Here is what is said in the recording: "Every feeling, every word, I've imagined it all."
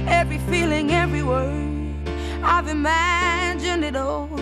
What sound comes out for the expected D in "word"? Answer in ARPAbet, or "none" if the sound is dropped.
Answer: none